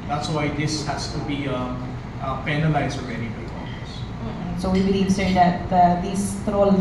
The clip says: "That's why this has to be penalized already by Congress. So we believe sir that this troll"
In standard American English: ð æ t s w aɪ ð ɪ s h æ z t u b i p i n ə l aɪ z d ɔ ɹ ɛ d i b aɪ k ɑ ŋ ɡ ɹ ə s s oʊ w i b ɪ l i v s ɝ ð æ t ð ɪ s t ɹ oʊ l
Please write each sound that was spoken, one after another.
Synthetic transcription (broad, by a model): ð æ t s w aɪ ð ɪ s h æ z t u b i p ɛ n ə l aɪ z ɔ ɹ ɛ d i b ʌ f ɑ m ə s s oʊ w i b ɪ l i v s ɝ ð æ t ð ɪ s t ɹ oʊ l